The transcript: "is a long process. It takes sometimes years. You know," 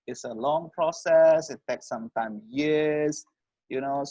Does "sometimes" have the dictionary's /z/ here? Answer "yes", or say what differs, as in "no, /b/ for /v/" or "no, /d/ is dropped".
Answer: no, /z/ is dropped